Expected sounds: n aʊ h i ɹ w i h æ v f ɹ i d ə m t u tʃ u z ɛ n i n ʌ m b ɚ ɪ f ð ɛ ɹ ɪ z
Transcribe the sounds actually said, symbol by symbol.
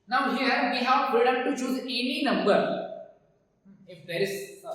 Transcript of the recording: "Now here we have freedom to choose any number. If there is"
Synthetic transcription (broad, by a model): n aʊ h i ɹ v i h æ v p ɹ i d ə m t u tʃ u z ɛ n i n ʌ m b ɚ ɪ f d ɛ ɹ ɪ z